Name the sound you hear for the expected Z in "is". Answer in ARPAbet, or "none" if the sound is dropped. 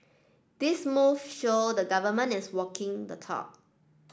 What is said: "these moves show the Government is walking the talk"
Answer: S